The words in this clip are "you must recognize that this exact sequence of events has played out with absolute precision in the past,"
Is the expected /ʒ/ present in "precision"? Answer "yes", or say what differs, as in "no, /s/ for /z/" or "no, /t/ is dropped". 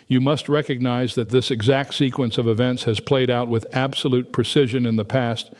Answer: yes